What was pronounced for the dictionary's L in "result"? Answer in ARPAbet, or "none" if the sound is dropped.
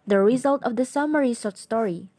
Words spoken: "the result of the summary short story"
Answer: L